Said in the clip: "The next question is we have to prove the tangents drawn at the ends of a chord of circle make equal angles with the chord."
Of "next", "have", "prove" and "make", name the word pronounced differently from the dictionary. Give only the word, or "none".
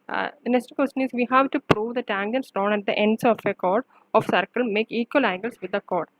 next